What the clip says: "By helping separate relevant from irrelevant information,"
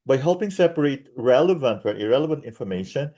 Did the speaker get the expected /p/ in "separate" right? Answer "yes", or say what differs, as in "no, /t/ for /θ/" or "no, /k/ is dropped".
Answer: yes